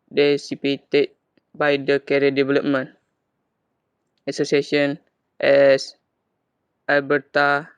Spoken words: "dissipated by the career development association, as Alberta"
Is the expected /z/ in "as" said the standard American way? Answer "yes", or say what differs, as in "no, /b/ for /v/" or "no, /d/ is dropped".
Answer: no, /s/ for /z/